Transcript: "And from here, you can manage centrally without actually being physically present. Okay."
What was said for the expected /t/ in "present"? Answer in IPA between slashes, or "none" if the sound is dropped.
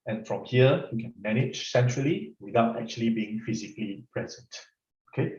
/t/